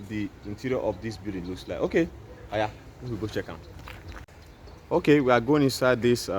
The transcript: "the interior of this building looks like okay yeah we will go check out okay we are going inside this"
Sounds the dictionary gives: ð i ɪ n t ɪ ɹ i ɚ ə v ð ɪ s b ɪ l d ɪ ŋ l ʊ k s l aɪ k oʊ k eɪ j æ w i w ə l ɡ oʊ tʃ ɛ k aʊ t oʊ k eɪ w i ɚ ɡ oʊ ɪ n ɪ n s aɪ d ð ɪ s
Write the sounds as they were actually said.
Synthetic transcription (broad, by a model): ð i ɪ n t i ɹ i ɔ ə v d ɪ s b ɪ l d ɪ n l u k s l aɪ oʊ k eɪ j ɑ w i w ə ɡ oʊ tʃ ɛ k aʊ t oʊ k eɪ w i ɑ ɡ oʊ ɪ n ɪ n s aɪ d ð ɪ s